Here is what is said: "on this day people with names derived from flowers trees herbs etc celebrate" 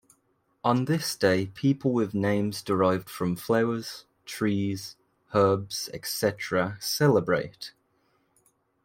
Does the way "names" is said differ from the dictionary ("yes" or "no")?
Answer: no